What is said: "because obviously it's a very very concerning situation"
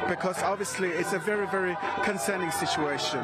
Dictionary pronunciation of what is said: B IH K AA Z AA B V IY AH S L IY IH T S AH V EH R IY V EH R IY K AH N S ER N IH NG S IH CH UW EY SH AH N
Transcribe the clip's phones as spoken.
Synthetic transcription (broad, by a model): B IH K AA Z AA B V IY AH S L IY IH T S AH V EH R IY V EH R IY K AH N S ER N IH NG S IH CH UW EY SH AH N